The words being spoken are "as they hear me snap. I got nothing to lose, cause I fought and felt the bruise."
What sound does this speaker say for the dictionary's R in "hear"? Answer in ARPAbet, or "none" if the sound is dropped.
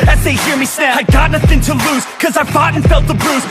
R